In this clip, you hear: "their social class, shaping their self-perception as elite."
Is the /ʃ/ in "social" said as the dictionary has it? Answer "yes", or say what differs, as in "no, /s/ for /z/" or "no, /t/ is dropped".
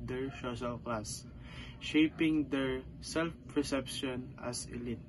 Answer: no, /s/ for /ʃ/